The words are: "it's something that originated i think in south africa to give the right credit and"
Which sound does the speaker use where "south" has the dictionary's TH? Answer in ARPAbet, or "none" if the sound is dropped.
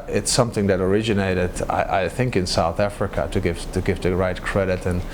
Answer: TH